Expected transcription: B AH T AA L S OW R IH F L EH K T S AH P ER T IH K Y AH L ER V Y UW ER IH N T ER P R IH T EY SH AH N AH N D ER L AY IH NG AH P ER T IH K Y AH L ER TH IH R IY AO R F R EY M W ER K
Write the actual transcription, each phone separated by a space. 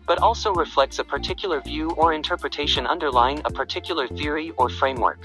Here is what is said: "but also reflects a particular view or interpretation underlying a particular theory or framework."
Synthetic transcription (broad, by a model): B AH T AA L S OW R IH F L EH K T S AH P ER T IH K Y L ER V Y UW ER IH N T ER P R IH T EY SH AH N AH N D ER L AY IH NG AH P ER T IH K Y L ER TH IH R IY AO R F R EY M W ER K